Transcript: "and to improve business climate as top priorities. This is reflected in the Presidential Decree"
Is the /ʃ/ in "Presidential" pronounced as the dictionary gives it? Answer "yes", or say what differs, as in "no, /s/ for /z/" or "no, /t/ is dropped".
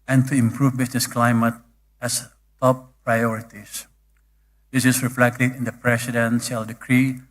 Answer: no, /s/ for /ʃ/